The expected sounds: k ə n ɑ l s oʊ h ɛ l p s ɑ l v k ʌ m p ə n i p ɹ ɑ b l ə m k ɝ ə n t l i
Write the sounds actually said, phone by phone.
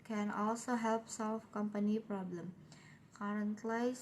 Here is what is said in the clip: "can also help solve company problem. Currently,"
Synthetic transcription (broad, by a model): k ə n ɑ l s oʊ h ɛ l p s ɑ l f k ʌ m p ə n i p ɹ ɑ b l ə m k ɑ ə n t l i